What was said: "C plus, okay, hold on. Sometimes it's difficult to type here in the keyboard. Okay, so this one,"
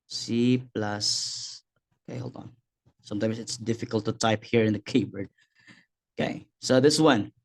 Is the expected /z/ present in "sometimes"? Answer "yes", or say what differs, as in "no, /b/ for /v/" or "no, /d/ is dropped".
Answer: no, /s/ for /z/